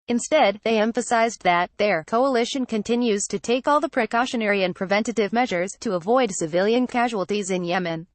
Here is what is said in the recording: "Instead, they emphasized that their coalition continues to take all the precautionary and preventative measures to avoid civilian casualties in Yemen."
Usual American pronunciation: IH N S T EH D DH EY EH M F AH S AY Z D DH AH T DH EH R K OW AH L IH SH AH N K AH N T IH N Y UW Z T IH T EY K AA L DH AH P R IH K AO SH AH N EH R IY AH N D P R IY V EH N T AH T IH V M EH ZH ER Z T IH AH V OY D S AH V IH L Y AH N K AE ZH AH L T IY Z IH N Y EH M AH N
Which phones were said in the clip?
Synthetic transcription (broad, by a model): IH N S T EH D DH EY EH M F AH S AY Z DH AH T DH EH R K OW AH L IH SH AH N K AH N T IH N Y UW Z T IH T EY K AA L DH AH P R IH K AO SH AH N EH R IY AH N P R IY V EH N T AH T IH V M EH ZH ER Z T IH AH V OY D S AH V IH L Y AH N K AE ZH AH L T IY Z IH N Y EH M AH N